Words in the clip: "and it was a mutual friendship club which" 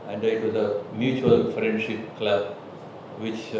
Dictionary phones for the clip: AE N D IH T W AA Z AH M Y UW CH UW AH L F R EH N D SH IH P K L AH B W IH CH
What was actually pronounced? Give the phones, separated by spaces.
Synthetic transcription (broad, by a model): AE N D IH T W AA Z AH M Y UW CH UW AH L F R EH N D SH IH P K L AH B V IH CH